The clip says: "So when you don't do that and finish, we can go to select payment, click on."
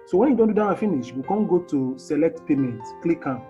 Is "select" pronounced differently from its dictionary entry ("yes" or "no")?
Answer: no